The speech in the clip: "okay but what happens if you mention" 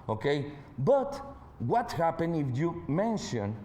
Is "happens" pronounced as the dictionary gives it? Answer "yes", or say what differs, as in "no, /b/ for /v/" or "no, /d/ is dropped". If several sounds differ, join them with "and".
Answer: no, /z/ is dropped